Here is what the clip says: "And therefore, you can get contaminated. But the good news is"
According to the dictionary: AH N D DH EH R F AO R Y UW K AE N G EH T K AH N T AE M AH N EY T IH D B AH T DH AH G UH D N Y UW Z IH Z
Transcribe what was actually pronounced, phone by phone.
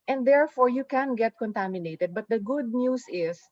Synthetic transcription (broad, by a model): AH N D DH EH R F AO R Y UW K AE N G EH T K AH N T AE M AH N EY T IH D B AH T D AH G UH D N Y UW S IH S